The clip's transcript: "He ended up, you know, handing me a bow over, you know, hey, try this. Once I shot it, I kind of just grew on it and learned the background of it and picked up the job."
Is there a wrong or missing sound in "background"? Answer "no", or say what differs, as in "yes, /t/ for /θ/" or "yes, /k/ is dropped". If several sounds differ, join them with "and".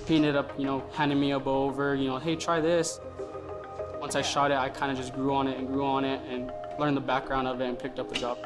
no